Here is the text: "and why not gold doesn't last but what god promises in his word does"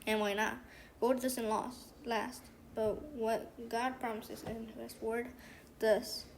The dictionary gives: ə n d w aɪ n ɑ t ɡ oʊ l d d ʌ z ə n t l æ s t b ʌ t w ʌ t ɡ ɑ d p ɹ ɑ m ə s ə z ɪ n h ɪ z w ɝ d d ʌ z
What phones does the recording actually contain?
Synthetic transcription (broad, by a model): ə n w aɪ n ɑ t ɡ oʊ d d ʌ s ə n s l æ s t b ʌ t w ʌ t ɡ ɑ d p ɹ ɑ m ə s ə z ɪ n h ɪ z w ɝ d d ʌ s